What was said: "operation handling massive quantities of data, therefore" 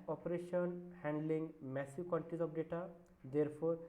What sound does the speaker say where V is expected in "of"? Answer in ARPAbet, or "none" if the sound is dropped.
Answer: P